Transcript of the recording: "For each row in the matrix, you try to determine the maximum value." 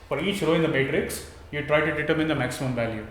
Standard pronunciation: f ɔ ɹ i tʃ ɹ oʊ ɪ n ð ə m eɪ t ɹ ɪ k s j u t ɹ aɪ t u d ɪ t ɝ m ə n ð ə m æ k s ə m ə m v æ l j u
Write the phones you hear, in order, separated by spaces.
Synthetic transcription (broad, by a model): f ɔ ɹ i tʃ ɹ oʊ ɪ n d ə m eɪ t ɹ ɪ k s j u t ɹ aɪ t u d ɪ t ɝ m ə n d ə m æ k s ə m ə m v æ l j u